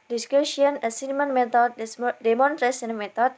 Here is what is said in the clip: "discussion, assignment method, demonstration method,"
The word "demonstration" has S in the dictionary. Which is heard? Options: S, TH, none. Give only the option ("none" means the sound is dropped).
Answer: none